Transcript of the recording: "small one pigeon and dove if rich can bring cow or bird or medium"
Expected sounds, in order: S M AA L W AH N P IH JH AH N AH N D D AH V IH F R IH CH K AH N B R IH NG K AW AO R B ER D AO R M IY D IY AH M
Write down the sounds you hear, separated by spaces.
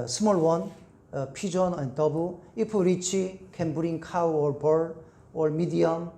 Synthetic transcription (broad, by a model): S M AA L W AH N P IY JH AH N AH N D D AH B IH P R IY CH K AH N B R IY NG K AW AO R B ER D AO R M IY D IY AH M